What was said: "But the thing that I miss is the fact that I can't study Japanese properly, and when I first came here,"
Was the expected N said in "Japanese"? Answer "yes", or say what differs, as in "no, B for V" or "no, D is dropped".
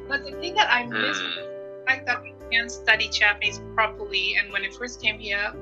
no, N is dropped